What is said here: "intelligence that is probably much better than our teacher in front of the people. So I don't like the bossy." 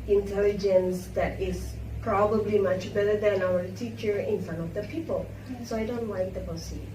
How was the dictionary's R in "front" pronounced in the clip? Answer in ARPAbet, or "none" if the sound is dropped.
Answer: none